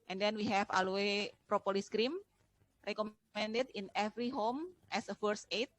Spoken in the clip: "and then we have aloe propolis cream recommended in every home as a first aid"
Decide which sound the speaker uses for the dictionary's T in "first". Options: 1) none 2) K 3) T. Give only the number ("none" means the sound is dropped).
1